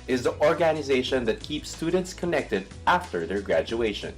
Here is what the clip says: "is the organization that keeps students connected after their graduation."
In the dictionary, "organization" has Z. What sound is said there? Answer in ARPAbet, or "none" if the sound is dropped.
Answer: Z